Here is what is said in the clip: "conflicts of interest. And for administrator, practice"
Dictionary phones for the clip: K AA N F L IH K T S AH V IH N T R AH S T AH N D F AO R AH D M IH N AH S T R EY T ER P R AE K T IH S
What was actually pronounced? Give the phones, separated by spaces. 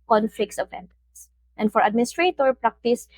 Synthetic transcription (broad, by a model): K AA N F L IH K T S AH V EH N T AH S T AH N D F AO R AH D M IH N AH S T R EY T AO P R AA K T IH S